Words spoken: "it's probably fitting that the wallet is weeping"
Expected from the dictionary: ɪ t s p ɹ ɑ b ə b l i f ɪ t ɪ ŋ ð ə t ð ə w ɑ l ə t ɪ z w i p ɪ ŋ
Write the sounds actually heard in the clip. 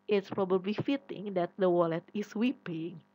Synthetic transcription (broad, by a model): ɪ t s p ɹ ɑ b ə b l i f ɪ t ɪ ŋ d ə t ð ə w ɑ l ə t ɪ s w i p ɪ ŋ